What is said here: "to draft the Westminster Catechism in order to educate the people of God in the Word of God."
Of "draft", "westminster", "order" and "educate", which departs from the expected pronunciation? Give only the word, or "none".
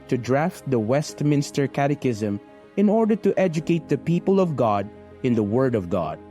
none